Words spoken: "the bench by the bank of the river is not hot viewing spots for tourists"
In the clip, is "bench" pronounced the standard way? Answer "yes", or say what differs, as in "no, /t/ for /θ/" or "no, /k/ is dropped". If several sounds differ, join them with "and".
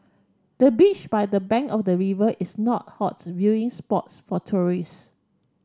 no, /n/ is dropped